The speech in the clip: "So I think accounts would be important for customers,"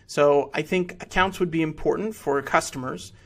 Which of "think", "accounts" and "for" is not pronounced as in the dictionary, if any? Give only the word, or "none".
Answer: none